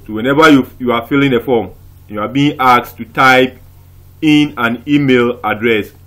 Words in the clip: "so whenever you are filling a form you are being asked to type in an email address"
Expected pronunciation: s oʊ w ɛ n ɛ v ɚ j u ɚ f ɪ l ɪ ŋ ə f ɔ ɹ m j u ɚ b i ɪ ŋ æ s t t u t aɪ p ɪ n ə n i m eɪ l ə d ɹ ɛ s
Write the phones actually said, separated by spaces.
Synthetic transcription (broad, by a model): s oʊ w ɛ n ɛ v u j u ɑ f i l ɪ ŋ ə f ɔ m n j u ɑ b i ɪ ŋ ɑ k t t u t aɪ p ɪ n ə n i m eɪ l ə d ɹ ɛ s